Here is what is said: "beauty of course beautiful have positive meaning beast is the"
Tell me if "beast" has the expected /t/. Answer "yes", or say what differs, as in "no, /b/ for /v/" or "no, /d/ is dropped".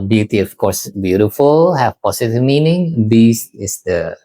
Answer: no, /t/ is dropped